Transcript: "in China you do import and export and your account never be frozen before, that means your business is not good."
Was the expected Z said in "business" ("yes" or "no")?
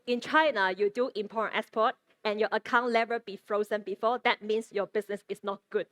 no